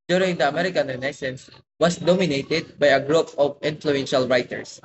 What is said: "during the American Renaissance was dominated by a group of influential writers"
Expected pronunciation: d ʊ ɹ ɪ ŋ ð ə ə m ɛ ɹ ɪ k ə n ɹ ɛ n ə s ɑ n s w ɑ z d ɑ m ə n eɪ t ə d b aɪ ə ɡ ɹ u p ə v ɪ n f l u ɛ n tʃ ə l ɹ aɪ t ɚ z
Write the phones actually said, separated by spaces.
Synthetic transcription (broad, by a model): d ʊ ɹ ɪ ŋ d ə ə m ɛ ɹ ɪ k ə n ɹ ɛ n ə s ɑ n s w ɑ s d ɑ m ə n eɪ t ə d b aɪ ə ɡ ɹ u p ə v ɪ n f l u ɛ n ʃ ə l ɹ aɪ t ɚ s